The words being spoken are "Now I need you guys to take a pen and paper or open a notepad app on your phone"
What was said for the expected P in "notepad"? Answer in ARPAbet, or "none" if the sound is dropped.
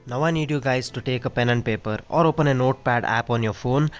P